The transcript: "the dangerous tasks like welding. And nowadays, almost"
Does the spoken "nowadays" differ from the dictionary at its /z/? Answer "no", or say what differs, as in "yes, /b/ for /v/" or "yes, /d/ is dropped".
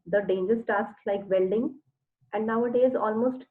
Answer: no